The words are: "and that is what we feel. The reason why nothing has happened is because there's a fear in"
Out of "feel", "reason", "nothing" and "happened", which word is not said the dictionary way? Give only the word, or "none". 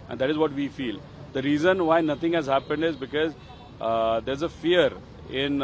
nothing